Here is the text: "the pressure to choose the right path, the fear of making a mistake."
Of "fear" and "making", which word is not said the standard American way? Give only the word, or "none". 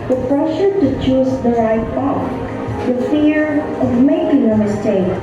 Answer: none